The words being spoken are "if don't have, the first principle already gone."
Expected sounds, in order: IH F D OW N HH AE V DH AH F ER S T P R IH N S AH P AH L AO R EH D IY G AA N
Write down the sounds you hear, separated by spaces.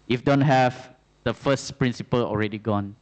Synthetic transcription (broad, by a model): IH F D OW N HH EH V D AH F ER S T P R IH N S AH P AH L AO R EH D IY G AA N